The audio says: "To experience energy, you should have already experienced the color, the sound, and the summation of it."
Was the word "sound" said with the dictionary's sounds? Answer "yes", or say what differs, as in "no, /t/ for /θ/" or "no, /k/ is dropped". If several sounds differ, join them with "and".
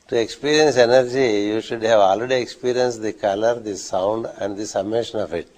yes